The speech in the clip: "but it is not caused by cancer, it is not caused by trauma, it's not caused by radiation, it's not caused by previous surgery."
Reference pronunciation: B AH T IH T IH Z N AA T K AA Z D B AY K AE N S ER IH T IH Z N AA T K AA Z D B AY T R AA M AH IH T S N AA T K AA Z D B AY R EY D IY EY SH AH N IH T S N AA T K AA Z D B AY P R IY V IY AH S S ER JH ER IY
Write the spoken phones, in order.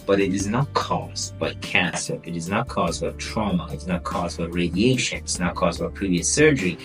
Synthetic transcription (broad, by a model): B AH T IH T IH Z N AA T K AA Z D B AY K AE S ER IH T IH Z N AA T K AA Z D B AY T R AA M AH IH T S N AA T K AA Z D B AY R EY D IY EY SH AH N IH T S N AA T K AA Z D B AY P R IY V IY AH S S ER JH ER IY